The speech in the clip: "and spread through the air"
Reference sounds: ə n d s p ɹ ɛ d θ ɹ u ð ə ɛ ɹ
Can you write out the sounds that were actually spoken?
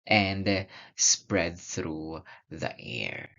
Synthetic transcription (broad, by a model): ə n d s p ɹ ɛ d θ ɹ u ð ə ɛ ɹ